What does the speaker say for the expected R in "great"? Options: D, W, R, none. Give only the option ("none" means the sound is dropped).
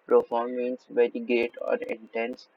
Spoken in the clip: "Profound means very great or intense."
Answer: none